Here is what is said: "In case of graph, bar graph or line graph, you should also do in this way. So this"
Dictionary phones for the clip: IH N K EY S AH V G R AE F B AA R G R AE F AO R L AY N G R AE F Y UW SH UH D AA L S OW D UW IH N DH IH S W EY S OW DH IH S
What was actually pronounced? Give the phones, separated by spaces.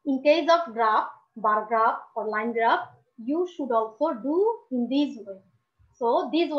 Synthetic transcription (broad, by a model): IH N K EY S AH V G R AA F B AA R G R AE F AO R L AY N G R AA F Y UW SH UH D AA L S OW D UW IH N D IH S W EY S OW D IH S